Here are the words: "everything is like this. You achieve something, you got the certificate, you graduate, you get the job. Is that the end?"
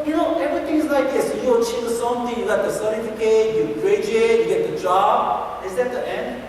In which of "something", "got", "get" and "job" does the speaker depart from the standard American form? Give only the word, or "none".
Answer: something